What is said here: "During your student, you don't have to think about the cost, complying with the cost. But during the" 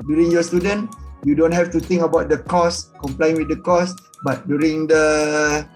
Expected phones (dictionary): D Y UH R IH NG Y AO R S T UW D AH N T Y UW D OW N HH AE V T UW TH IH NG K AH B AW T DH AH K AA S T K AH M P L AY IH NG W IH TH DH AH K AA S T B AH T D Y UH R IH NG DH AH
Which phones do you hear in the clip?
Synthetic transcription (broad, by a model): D Y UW R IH NG Y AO S T UW D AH N Y UW D OW N HH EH F T UW T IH NG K AH B AW T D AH K AA S K AH M P L AY IH NG W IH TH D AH K AA S B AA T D Y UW R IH NG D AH